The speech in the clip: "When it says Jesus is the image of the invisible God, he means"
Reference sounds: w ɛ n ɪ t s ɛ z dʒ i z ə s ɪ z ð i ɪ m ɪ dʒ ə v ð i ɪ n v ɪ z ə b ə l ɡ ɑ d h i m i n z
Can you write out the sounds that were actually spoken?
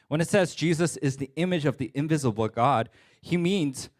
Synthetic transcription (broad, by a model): w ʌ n ɪ t s ɛ z dʒ i z ə s ɪ z ð i ɪ m ɪ dʒ ə v ð i ɪ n v ɪ z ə b l ɡ ɑ d h i m i n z